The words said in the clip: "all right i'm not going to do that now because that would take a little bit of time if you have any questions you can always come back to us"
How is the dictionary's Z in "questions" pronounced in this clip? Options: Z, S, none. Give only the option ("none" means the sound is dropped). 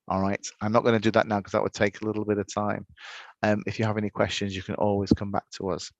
Z